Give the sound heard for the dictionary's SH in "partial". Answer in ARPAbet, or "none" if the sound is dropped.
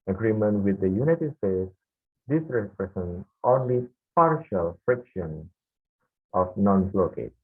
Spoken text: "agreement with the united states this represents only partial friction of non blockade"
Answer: SH